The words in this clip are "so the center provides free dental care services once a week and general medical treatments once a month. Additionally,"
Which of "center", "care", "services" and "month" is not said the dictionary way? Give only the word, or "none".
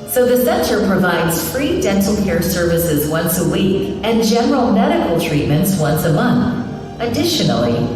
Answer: none